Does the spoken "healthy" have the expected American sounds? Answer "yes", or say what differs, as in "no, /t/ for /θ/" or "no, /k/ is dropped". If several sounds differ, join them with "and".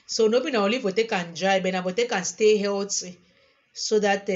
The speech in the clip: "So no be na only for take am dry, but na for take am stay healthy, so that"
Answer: no, /t/ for /θ/